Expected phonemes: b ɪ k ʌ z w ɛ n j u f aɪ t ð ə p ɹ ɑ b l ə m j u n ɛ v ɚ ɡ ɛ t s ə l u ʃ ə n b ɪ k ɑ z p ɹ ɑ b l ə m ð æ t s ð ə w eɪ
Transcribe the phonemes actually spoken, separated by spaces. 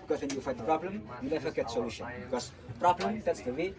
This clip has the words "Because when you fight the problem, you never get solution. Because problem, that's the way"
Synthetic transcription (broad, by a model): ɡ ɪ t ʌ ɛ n j u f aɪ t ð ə p ɹ ɑ b l ə m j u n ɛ f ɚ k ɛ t s ə l u ʃ ə n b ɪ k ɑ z p ɹ ɑ b l ə m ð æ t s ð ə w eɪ